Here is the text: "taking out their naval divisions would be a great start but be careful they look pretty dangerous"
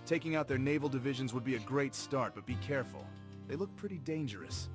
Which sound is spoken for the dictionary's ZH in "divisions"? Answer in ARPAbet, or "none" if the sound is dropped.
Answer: ZH